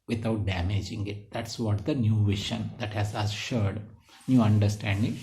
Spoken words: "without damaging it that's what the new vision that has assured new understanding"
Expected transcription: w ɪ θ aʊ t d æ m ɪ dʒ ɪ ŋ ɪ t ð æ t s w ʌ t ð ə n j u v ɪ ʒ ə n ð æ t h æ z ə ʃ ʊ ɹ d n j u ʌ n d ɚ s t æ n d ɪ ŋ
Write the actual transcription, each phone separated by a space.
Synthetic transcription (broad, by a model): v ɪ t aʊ t d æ m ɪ dʒ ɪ ŋ ɪ t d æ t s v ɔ t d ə n j u v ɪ ʃ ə n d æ t h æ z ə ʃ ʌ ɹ d n j u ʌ n d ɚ s t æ n d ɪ ŋ